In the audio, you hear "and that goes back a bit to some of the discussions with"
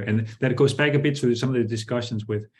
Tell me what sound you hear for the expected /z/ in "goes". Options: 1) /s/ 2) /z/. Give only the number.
2